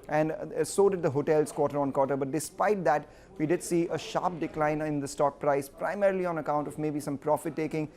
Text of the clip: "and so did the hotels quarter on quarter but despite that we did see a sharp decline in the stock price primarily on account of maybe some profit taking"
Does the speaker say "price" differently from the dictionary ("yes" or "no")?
no